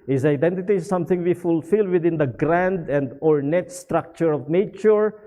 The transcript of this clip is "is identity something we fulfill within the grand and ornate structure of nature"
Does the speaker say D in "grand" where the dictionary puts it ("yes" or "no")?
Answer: yes